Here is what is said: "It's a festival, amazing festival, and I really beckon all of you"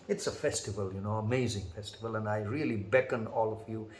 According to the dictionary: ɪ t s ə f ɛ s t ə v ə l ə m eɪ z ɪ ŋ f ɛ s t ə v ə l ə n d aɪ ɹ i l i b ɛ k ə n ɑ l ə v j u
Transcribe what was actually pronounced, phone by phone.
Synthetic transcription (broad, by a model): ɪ t s ə f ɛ s t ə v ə l ə m eɪ z ɪ ŋ f ɛ s t ə v ə l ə n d aɪ ɹ i l i b ɛ k ə n ɑ l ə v j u